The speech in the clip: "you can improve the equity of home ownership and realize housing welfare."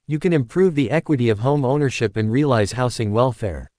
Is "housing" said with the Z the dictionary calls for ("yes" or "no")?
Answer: no